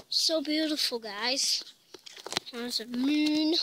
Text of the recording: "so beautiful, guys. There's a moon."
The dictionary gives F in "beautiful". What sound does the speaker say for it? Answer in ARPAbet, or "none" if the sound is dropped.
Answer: F